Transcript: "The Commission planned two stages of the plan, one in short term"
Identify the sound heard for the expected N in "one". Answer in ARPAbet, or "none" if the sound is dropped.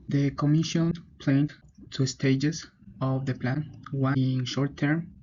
none